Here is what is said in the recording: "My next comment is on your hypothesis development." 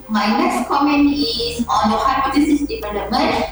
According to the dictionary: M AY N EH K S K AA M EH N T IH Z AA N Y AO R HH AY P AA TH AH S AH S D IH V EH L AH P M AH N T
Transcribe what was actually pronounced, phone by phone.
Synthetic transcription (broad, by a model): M AY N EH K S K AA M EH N IH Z AA N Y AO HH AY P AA T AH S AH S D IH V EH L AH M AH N